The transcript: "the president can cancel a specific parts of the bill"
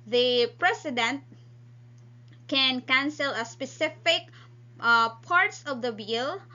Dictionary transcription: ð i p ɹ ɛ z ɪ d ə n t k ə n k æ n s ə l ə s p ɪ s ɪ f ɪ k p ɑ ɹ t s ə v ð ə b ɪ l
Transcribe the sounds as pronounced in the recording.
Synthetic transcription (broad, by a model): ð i p ɹ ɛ s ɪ d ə n t k ə n k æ n s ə l ə s p ɪ s ɪ f ɪ k p ɑ ɹ t s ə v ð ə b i l